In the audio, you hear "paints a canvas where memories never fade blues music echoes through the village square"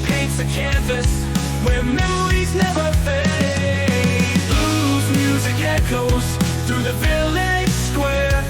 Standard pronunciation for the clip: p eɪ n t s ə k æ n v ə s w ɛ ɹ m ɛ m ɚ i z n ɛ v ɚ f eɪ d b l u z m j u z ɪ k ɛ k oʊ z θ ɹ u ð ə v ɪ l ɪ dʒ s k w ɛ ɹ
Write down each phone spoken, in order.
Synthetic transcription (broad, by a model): p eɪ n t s ə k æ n v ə s w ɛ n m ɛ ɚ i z n ɛ v ɚ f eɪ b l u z m j u z ɪ k ɛ k oʊ z θ ɹ u ð ə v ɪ l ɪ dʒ s k w ɛ ɹ